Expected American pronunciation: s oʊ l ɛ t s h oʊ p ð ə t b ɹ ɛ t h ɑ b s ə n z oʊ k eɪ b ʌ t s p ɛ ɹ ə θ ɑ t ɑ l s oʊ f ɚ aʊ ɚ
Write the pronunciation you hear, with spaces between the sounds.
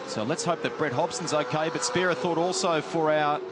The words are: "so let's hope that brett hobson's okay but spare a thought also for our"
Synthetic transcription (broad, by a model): s oʊ l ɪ t s h oʊ p ð ə t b ɹ ɛ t h ɑ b s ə n z oʊ k eɪ b ʌ t s p ɛ ɹ ə θ ɑ t ɑ l s oʊ f ɚ aʊ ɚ